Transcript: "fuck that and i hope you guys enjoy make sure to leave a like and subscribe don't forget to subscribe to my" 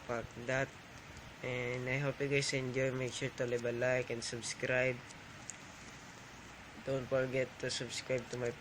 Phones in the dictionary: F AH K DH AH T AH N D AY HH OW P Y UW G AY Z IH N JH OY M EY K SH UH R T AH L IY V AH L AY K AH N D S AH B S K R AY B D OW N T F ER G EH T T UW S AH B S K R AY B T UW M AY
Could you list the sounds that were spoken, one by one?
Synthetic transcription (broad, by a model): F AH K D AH T AH N D AY HH OW P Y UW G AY S IH N JH OY M EY K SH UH R T AH L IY B AH L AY K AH N S AH B S K R AY B D OW N T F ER G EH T T UW S AH B S K R AY B T UW M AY